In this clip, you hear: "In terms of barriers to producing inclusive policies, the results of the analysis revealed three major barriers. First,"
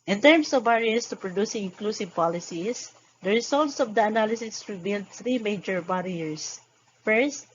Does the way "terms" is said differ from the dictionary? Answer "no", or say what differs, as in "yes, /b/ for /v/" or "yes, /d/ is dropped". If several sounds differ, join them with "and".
yes, /s/ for /z/